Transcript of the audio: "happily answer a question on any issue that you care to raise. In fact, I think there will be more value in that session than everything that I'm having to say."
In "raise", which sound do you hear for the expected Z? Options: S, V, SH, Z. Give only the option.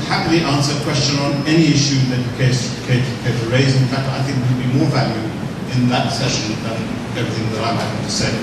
Z